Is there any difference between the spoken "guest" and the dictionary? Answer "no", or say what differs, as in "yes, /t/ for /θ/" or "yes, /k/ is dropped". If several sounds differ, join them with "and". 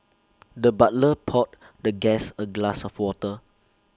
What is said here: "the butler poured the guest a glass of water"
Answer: yes, /t/ is dropped